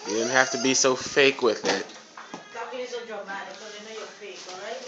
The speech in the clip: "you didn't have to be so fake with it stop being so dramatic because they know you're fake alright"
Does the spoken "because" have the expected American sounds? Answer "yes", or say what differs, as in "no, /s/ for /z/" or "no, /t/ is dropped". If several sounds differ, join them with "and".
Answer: no, /k/ is dropped